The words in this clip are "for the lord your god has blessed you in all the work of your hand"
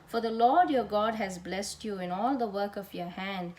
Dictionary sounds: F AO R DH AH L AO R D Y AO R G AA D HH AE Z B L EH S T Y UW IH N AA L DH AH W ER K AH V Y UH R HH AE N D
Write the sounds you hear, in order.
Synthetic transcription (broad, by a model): F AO R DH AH L AO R D Y AO R G AA D HH AE Z B L EH S T Y UW IH N AA L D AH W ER K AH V Y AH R HH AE N D